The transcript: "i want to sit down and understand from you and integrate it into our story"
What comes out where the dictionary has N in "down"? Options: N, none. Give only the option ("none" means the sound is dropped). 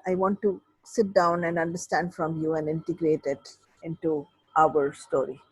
N